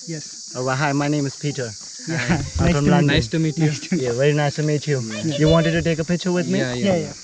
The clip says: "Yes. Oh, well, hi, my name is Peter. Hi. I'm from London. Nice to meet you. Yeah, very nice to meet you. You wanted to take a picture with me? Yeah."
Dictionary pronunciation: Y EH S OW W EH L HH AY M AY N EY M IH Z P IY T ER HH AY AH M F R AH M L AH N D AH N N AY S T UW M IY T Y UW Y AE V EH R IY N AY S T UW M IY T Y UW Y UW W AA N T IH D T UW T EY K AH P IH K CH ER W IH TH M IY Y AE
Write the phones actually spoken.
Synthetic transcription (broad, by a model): Y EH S OW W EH HH AY M AY N EY M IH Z P IY T ER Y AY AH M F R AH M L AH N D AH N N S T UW M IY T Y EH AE V EH R IY N AY S T UW M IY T Y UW Y UW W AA N T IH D T UW T EY K AH P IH CH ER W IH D M IY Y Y